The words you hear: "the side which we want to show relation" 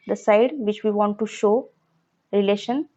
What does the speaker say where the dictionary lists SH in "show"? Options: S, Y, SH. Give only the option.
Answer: SH